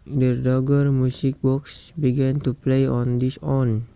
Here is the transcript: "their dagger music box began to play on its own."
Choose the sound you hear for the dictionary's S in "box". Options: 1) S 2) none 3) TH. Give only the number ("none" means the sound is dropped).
1